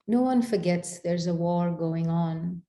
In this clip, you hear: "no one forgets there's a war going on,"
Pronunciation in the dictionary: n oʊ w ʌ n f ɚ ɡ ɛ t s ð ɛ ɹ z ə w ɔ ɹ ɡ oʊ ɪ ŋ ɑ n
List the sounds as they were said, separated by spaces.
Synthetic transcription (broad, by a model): n oʊ w ʌ n f ɚ ɡ ɛ t s ð ɛ ɹ z ə w ɔ ɹ ɡ oʊ ɪ ŋ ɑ n